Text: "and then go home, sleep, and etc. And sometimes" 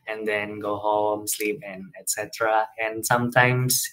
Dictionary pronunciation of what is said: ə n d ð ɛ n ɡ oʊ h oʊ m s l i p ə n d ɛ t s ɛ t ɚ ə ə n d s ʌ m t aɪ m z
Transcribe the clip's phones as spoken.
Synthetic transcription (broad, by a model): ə n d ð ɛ n ɡ oʊ h oʊ m s l i p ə n ɛ t s ɛ t ɚ ə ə n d s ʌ m t aɪ m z